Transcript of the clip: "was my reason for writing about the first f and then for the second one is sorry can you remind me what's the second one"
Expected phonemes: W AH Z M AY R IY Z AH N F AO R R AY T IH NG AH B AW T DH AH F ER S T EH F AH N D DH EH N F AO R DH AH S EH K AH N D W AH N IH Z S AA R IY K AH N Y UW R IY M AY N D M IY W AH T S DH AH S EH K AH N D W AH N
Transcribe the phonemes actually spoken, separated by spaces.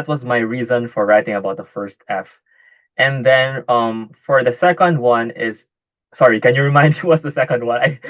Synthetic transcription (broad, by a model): W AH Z M AY R IY Z AH N F AO R R AY T IH NG AH B AW T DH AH F ER S T EH F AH N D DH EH N F AO R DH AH S EH K AH N D W AH N IH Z S AA R IY K AH N Y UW R IY M AY N D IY W AH T S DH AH S EH K AH N D W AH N